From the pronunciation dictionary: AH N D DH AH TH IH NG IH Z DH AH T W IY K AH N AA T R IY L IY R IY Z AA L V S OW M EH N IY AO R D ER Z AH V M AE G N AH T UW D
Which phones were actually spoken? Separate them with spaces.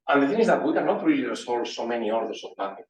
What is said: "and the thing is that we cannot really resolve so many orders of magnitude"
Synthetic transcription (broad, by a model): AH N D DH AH TH IH NG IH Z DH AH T W IY K AH N AA T R IY L IY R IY S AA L S OW M EH N IY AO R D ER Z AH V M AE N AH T